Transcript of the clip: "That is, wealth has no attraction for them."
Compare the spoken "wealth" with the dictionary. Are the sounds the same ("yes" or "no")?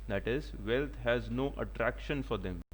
no